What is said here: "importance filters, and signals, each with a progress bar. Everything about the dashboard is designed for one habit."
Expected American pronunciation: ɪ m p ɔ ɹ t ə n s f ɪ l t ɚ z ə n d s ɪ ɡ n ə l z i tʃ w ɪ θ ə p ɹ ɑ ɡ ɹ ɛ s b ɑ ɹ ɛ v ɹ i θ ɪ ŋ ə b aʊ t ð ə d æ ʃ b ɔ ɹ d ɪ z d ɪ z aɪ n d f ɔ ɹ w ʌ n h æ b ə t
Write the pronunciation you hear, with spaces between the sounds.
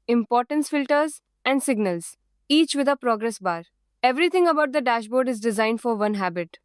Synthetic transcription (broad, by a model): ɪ m p ɔ ɹ t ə n s f ɪ l t ɚ z ə n d s ɪ ɡ n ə l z i tʃ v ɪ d ə p ɹ ɑ ɡ ɹ ɛ s b ɑ ɹ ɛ v ɹ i t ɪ ŋ ə b aʊ t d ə d æ ʃ b ɔ ɹ d ɪ z d ɪ z aɪ n d f ɔ ɹ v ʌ n h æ b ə t